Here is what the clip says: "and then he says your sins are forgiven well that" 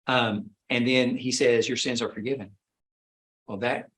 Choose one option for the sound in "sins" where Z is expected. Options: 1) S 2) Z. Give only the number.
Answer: 2